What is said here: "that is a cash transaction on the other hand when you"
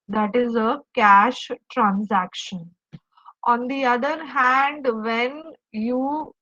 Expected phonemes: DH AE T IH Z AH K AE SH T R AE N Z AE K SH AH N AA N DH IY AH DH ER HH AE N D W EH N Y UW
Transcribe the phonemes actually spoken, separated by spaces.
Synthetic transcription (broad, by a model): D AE T IH Z AH K AE SH T R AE N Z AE K SH AH N AA N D IY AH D ER HH AE N D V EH N Y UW